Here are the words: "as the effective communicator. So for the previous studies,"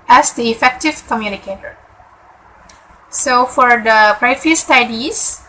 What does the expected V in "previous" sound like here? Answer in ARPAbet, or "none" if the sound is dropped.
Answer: none